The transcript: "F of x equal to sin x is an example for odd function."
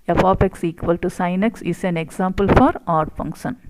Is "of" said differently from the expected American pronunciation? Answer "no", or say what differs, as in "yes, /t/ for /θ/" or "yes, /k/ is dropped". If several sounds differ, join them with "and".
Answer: yes, /p/ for /v/